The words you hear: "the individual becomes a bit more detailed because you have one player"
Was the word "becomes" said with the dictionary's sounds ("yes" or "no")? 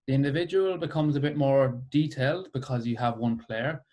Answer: yes